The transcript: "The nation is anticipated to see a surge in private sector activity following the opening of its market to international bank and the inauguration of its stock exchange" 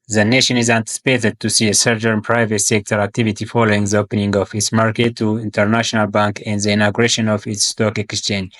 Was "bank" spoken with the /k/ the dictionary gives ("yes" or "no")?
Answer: yes